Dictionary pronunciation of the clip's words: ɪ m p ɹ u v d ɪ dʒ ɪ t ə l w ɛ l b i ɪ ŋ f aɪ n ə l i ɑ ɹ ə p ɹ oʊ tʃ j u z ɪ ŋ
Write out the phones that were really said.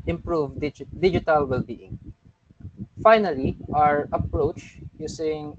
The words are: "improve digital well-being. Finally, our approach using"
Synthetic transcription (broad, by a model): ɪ m p ɹ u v d ɪ dʒ ɪ t ə l w ɛ l b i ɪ ŋ f aɪ n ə l i ɑ ɹ ə p ɹ oʊ tʃ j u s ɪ ŋ